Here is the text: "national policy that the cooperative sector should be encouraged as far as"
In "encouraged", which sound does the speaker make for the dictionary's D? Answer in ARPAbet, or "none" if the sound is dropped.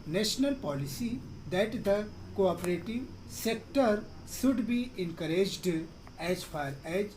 D